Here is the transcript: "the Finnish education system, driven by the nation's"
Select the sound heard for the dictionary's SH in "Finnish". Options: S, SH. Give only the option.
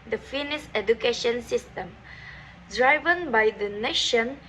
S